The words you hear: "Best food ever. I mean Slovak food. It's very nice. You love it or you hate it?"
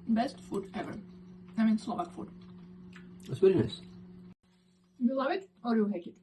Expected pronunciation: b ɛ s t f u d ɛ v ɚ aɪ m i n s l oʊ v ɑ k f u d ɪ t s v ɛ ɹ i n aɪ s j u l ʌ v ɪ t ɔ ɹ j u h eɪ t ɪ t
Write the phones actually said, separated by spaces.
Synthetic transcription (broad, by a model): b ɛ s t f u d ɛ v ɚ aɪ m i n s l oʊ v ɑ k f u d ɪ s w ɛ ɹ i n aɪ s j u l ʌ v ɪ t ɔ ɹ j u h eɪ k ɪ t